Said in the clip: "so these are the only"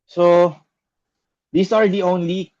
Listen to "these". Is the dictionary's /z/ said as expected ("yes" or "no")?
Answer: no